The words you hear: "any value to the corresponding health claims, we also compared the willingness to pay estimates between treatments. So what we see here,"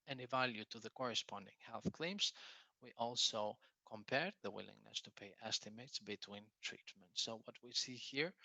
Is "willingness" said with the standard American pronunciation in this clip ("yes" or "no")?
yes